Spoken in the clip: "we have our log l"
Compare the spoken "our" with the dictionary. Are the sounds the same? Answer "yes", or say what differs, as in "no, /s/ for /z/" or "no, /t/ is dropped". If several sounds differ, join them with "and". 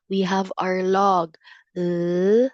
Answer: yes